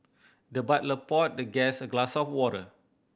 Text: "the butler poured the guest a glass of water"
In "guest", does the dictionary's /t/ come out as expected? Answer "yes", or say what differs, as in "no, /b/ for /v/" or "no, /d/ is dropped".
no, /t/ is dropped